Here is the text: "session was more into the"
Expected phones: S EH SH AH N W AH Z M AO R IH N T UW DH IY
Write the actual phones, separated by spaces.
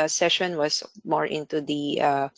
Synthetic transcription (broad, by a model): S EH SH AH N W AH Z M AO R IH N T UW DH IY